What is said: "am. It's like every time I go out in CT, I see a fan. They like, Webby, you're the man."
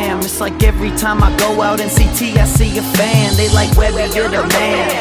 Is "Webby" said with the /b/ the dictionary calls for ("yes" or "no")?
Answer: no